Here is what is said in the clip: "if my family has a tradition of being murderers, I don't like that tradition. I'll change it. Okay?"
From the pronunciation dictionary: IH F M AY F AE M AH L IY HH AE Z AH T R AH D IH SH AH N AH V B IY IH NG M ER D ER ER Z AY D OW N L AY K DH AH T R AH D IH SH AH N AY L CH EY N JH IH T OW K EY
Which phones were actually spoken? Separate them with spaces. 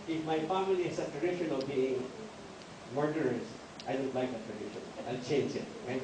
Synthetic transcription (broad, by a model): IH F M AY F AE M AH L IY HH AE S AH T R AH D IH SH AH N AH V B IY IH NG M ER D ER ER S AY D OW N L AY K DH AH T R AH D IH SH AH N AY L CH EY N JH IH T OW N